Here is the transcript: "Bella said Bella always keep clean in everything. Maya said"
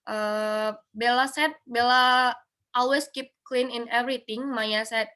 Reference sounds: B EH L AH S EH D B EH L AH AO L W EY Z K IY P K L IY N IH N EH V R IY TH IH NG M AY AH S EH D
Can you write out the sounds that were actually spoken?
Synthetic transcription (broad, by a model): B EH L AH S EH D B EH L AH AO L W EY S K IY P K L IY N IH N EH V R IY T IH NG M AY AH S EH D